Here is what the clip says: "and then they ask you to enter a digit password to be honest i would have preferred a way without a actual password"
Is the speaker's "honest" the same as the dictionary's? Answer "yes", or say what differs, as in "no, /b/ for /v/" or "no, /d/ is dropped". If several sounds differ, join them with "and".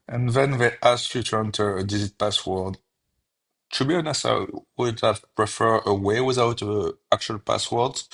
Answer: no, /t/ is dropped